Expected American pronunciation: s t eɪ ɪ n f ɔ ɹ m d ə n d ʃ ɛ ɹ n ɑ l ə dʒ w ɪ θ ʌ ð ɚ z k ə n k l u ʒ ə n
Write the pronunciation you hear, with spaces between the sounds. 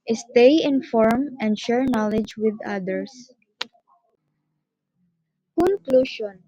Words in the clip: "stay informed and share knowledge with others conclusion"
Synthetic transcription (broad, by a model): s t eɪ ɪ n f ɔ ɹ m ə n d ʃ ɛ ɹ n ɑ l ə dʒ w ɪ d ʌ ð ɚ s k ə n k l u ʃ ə n